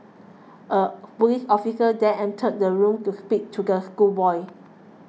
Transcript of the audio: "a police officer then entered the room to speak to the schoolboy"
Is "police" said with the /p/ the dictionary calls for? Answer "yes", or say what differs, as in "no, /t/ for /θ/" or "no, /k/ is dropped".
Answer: no, /b/ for /p/